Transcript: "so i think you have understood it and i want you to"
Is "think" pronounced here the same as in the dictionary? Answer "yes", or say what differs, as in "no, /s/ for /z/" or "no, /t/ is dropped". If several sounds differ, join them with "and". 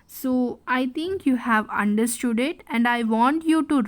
no, /t/ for /θ/